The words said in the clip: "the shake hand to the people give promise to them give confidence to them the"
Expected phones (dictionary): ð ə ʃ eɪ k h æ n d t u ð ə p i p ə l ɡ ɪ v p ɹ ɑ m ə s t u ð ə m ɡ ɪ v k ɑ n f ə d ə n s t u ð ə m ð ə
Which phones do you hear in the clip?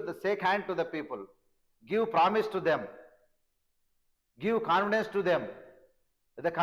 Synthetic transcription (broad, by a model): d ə s eɪ k h æ n d t u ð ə p i p ə l ɡ ɪ v p ɹ ɑ m ə s t u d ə m ɡ ɪ v k ɑ n f ə d ə n s t u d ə m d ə